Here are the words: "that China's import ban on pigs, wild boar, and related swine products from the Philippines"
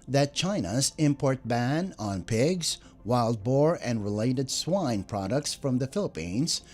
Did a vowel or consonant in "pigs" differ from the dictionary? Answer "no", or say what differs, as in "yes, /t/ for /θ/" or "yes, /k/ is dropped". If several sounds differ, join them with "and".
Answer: no